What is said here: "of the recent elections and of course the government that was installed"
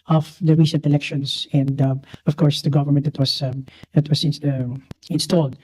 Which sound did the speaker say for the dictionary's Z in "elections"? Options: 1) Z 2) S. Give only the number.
2